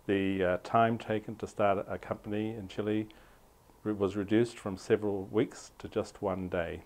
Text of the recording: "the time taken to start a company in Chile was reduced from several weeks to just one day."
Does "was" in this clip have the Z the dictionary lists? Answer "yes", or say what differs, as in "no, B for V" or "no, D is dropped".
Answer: yes